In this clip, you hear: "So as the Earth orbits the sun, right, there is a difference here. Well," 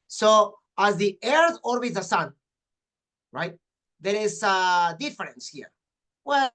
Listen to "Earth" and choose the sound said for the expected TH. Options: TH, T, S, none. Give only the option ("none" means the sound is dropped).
TH